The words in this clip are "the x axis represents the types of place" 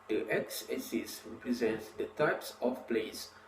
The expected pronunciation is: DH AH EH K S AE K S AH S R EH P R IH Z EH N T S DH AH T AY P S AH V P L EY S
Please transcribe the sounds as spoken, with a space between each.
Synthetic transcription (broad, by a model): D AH EH K S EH S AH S R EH P R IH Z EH N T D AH T AY P S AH F P L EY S